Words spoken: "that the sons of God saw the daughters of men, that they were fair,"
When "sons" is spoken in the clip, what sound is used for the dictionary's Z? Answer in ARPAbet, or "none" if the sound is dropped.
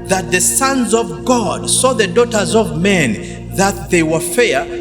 Z